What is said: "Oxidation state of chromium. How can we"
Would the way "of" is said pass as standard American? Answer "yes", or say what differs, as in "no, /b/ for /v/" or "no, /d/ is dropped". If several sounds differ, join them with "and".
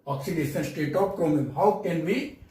no, /p/ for /v/